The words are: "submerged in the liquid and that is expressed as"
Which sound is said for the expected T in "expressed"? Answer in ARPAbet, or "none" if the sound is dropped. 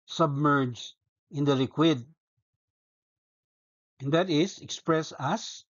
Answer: none